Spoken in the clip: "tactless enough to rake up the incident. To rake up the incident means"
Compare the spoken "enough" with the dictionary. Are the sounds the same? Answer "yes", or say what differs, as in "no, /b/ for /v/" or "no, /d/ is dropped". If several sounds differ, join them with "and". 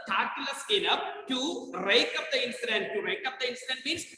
no, /p/ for /f/